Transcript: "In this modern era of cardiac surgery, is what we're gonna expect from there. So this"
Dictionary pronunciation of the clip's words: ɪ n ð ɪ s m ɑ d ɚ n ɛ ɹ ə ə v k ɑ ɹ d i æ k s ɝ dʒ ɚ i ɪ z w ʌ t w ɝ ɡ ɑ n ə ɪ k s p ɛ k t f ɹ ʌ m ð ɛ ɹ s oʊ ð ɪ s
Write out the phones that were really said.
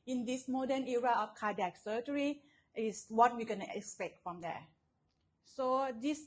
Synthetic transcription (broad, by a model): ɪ n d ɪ s m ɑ d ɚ n ɛ ɹ ə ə f k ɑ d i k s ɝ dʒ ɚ i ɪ s w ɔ t w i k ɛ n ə k s p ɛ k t f ɹ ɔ m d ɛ s oʊ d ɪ s